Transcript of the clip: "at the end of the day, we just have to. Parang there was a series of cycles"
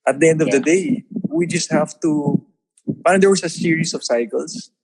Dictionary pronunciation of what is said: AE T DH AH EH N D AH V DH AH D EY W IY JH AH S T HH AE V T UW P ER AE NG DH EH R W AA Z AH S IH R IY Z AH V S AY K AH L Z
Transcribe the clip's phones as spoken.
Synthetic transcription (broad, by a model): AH T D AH EH N D AH V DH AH D EY W IY JH AH S T HH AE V T UW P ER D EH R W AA S AH S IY R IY S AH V S AY K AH L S